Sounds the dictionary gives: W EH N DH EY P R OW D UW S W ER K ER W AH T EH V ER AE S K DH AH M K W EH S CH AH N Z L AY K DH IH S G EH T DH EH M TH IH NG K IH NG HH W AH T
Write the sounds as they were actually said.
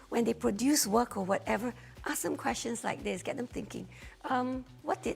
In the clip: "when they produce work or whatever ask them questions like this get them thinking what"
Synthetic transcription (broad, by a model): W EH N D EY P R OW D UW S W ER K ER W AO T EH V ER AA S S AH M K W EH S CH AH N S L AY K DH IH S G EH T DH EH M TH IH NG K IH NG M W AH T